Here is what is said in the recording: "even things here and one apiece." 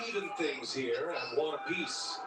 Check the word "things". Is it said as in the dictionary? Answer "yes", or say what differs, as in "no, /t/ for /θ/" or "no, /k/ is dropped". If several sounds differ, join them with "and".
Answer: yes